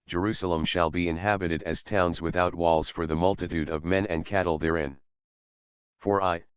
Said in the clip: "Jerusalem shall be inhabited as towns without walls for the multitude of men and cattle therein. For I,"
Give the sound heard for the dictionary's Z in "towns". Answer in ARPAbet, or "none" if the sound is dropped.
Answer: Z